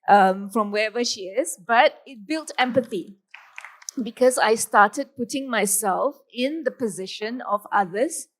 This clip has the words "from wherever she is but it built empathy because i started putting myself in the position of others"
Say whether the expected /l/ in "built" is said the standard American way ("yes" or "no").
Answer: yes